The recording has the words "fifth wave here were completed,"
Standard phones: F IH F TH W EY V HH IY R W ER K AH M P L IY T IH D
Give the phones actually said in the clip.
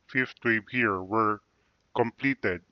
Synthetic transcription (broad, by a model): F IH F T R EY B HH IY R W ER K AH M P L IY T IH D